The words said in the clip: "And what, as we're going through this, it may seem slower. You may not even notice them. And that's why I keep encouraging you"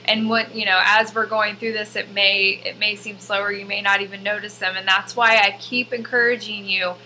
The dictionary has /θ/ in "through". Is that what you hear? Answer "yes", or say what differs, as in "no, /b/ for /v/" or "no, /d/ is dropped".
yes